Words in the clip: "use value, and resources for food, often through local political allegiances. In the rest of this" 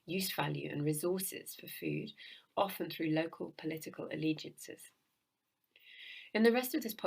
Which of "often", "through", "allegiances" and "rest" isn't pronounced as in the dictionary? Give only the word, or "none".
none